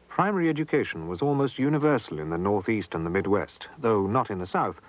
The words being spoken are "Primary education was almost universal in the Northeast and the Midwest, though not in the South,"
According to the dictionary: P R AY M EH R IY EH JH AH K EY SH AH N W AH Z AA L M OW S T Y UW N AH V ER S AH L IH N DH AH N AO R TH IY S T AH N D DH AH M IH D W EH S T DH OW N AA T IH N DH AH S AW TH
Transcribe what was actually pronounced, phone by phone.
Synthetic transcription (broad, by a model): P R AY M EH R IY EH JH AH K EY SH N W AH Z AA L M OW S T Y UW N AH V ER S L IH N DH AH N AO R TH IY S T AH N DH AH M IH D W EH S T DH OW N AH T IH N DH AH S AW TH